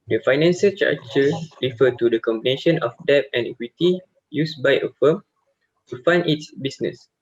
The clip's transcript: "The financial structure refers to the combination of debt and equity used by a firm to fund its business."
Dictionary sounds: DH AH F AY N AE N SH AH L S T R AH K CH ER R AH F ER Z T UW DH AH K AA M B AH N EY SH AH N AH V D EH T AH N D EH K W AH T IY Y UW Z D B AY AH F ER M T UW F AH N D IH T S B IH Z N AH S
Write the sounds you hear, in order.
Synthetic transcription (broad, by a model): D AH F AY N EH N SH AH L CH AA CH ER R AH F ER T UW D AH K AA M B AH N EY SH AH N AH F D EH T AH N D EH K W AH T IY Y UW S B AY AH F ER M T UW F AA N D IH T S B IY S N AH S